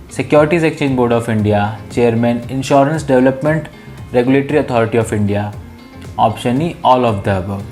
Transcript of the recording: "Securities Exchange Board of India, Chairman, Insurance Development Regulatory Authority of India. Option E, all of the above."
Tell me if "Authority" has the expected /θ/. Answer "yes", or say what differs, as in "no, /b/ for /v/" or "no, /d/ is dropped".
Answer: no, /t/ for /θ/